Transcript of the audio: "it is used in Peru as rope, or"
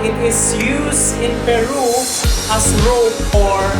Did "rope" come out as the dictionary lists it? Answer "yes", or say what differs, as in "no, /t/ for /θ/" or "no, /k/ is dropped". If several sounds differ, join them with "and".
no, /f/ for /p/